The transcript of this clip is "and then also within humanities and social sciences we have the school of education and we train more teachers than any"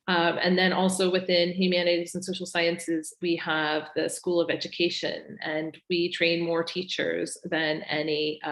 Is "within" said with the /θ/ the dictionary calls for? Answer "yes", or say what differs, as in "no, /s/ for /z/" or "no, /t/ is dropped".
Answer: yes